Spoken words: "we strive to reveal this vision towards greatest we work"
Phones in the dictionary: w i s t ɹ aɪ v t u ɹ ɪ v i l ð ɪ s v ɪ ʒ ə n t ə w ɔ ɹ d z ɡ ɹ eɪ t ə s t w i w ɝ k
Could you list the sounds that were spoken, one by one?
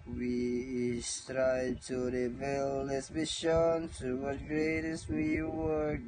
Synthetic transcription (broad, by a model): w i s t ɹ aɪ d t u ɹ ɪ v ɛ l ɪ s b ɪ ʃ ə n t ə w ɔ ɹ ɡ ɹ eɪ t ə s t w i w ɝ